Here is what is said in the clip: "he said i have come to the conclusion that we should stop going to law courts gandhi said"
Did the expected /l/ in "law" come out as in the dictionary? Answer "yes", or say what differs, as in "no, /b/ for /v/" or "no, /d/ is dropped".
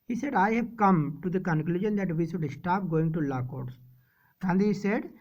yes